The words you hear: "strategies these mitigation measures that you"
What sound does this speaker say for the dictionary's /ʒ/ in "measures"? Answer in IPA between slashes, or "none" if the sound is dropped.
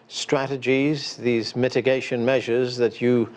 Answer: /ʒ/